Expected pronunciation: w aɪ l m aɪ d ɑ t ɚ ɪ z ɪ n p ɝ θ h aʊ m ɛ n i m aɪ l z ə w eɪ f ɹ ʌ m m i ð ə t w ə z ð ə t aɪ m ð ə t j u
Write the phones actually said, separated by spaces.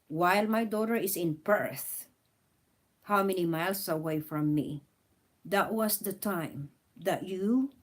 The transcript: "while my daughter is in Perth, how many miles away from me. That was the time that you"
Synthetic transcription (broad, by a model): w aɪ l m aɪ d ɑ t ɚ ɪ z ɪ n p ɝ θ h aʊ m ɛ n i m aɪ l s ə w eɪ f ɹ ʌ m m i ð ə t w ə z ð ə t aɪ m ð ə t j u